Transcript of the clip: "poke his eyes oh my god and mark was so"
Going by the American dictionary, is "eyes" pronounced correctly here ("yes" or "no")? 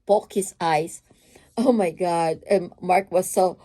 no